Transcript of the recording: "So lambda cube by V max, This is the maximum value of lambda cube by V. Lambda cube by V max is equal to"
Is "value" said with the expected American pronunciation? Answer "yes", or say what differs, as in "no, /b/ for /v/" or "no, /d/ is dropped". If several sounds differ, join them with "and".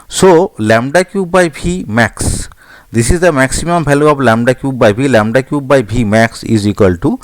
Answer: no, /p/ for /v/